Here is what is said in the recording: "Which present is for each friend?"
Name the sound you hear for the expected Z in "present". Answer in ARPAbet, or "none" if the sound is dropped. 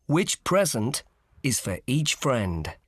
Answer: Z